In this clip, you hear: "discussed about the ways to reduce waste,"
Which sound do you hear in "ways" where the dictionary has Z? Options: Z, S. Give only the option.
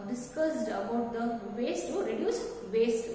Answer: S